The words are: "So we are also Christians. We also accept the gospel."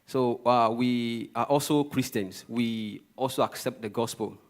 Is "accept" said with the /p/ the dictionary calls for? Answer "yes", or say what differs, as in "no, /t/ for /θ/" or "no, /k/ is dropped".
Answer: yes